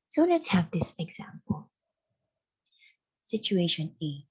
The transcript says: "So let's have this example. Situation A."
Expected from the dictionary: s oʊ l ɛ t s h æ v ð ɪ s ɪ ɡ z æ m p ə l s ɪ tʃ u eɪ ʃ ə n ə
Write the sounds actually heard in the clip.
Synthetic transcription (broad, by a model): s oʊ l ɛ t h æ v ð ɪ s ɪ ɡ z æ m p ə l s ɪ tʃ u eɪ ʃ ə n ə